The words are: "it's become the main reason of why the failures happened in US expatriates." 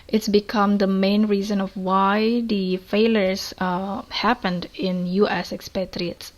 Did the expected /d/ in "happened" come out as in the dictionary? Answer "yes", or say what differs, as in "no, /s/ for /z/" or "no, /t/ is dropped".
yes